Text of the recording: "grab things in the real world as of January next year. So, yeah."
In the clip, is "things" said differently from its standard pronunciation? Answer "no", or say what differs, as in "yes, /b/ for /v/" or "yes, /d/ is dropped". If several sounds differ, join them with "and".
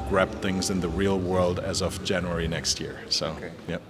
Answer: no